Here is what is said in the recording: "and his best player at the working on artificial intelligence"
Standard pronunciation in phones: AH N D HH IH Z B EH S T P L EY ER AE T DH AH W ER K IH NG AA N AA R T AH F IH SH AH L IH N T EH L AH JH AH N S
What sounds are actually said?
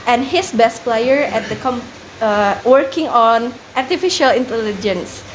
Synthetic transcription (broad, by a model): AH N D HH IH S B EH S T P L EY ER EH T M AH W ER K IH NG AA N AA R T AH F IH SH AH L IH N T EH L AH JH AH N S